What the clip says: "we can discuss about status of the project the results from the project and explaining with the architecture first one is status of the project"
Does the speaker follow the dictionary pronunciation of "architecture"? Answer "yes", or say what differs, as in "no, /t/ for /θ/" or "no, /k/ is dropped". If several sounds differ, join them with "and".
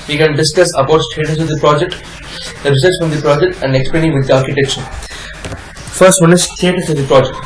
no, /ʃ/ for /tʃ/